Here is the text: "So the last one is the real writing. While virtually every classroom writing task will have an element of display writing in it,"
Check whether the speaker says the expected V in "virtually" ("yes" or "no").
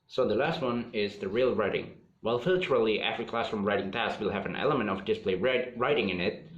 no